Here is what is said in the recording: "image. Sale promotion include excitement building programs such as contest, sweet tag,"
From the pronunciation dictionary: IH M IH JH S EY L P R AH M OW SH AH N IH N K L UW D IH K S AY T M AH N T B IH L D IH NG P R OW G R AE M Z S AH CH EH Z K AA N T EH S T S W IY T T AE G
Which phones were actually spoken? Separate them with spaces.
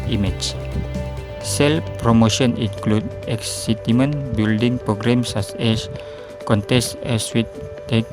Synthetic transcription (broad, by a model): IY M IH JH S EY L P R AH M OW SH AH N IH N K L UW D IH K S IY T M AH N B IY L D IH NG P R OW G R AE M S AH S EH S K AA N T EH S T S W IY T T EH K